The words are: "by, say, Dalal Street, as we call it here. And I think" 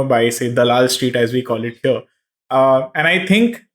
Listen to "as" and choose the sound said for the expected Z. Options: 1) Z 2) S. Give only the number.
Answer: 1